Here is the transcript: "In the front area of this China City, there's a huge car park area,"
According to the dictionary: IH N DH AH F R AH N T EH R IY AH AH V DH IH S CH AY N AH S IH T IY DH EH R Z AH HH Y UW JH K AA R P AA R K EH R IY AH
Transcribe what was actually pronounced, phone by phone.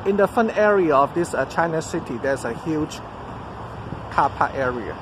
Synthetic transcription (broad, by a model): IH N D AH F AH N EH R IY AH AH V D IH S CH AY N AH S IH T IY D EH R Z AH HH Y UW JH K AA P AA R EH R IY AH